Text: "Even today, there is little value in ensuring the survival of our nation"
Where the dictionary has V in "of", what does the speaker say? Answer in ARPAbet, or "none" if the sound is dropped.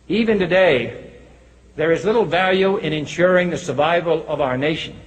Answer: V